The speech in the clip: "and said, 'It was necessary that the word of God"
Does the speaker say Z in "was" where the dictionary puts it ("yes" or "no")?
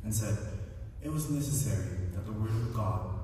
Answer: yes